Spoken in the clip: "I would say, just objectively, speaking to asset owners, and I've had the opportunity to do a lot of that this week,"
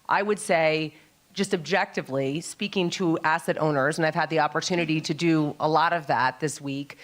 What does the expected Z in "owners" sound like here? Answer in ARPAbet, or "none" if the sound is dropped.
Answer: Z